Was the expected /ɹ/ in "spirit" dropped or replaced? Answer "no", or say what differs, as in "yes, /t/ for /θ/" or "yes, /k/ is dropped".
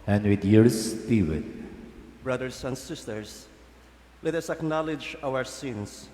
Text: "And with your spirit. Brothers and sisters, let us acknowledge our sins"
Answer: yes, /w/ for /ɹ/